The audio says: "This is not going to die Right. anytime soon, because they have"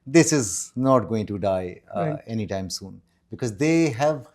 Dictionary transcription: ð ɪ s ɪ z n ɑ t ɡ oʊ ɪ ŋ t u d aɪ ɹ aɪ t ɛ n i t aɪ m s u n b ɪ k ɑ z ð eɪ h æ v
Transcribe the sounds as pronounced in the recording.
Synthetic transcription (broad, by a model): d ɪ s ɪ z n ɑ t ɡ oʊ ɪ ŋ t u d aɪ aɪ ɛ n i t aɪ m s u n b ɪ k ɑ z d eɪ h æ v